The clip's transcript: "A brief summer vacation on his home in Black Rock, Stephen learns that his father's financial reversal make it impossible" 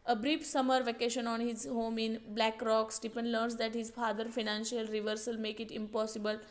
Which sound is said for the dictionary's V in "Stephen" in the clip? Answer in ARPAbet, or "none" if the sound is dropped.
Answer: P